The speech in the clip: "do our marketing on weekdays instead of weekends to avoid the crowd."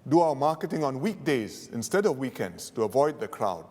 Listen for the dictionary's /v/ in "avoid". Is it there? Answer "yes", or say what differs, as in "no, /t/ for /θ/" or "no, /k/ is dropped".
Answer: yes